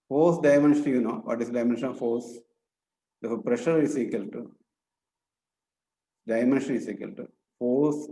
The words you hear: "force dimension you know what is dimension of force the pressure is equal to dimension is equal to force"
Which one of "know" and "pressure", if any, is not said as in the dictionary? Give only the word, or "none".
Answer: none